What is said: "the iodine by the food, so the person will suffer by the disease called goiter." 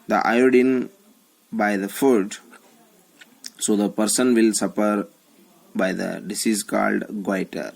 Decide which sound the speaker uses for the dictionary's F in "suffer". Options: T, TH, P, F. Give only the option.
P